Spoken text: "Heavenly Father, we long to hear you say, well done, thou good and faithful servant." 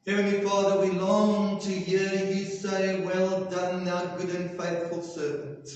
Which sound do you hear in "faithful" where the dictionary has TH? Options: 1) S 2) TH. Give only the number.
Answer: 2